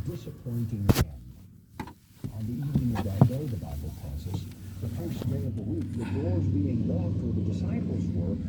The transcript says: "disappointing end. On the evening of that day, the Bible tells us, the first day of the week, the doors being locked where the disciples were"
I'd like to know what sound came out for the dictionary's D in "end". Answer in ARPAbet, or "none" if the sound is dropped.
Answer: none